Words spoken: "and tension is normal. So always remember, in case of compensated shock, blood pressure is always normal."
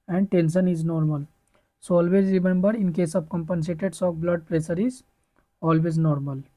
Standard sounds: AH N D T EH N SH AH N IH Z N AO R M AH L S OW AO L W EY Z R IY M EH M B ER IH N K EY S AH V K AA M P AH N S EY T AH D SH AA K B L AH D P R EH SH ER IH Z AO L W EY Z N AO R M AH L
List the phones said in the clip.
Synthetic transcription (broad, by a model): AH N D T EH N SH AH N IH Z N AO R M AH L S OW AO L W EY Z R IY M EH M B ER IH N K EY S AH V K AA M P AH N S EY T AH D S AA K B L AH D P R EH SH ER IH Z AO L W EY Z N AO R M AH L